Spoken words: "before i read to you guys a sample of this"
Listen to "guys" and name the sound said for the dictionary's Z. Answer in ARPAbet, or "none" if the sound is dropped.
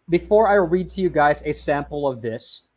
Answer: Z